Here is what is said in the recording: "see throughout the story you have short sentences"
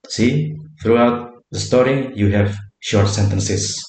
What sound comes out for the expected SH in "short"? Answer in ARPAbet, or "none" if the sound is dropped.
SH